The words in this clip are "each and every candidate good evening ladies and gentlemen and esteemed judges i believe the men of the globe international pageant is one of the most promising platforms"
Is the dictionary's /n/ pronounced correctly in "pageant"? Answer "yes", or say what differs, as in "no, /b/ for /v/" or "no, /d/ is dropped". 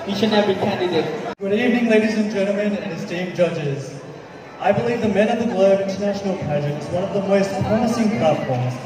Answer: no, /n/ is dropped